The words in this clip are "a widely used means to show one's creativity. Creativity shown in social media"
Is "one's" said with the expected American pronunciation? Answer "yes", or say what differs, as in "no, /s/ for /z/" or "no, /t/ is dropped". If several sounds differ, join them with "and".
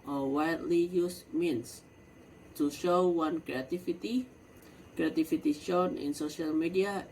no, /z/ is dropped